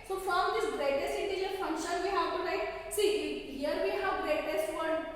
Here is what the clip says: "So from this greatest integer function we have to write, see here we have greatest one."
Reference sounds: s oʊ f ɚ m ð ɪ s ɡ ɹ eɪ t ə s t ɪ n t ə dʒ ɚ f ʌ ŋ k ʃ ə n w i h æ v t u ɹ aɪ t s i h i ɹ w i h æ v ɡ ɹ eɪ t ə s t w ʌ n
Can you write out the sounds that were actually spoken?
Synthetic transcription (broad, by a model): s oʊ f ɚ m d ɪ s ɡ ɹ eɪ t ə s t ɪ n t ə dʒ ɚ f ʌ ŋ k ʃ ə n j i h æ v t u l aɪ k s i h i ɹ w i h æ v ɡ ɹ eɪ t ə s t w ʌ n